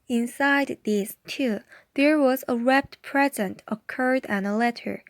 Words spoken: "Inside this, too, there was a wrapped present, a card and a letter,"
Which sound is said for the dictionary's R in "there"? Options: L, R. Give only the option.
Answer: R